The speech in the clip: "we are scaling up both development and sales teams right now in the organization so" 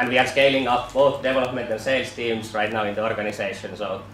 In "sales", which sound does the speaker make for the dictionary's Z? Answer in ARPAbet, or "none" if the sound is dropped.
S